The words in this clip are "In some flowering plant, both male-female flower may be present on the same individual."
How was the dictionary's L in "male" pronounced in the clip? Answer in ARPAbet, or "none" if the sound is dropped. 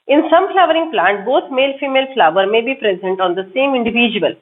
L